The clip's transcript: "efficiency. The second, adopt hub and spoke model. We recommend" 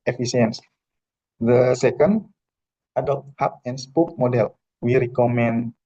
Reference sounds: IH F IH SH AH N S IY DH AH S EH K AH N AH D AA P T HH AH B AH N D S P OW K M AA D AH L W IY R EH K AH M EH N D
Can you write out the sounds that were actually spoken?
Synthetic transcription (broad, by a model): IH F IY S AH N S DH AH S EH K AH N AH D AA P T HH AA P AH N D S P OW K M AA D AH L W IY R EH K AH M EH N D